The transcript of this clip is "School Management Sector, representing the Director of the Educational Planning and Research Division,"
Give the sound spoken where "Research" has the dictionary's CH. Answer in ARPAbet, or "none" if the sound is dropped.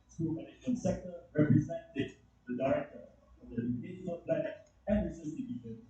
S